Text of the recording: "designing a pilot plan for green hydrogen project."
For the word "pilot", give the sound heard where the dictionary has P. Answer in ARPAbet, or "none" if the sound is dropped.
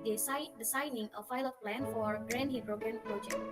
F